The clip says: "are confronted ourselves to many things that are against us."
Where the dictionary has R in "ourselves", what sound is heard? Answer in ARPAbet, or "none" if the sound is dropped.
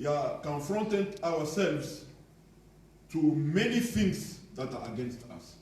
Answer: W